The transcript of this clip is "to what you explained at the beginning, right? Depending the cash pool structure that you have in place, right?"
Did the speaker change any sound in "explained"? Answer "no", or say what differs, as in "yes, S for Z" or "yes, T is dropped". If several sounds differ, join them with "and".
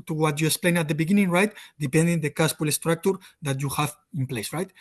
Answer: yes, D is dropped